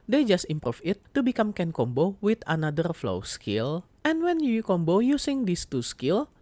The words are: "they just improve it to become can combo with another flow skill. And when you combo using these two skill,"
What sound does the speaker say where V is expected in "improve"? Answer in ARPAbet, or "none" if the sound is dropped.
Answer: F